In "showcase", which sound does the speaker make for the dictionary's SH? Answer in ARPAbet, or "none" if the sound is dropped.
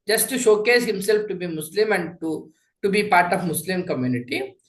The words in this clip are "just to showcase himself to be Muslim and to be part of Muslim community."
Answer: SH